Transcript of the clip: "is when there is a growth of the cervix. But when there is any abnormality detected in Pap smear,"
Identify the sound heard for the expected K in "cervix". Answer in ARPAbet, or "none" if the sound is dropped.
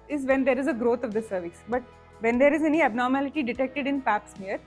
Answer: none